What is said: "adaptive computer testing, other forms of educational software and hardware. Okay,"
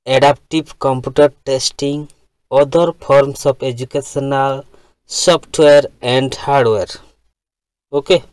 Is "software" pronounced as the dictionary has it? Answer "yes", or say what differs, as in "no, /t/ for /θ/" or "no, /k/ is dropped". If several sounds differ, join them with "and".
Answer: no, /p/ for /f/